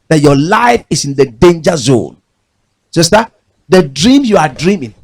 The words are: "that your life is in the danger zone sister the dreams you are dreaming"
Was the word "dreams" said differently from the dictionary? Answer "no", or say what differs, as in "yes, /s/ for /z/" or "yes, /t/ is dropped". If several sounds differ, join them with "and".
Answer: yes, /z/ is dropped